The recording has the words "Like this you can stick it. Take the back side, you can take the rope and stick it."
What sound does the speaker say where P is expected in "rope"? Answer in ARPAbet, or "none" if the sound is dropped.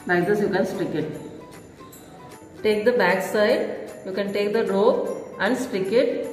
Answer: none